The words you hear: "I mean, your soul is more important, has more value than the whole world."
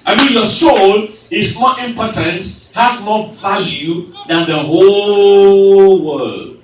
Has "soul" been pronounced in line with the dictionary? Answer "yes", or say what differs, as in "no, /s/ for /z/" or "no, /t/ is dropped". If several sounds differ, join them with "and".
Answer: yes